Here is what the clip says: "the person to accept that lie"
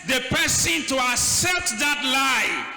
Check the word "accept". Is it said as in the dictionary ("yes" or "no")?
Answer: yes